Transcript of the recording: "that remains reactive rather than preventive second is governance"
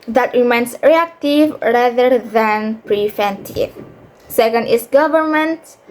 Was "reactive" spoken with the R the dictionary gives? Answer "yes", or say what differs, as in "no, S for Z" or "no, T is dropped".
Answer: yes